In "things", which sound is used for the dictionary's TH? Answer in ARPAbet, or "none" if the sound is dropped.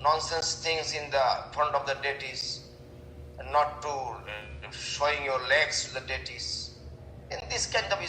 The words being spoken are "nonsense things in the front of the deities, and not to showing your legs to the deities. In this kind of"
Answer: T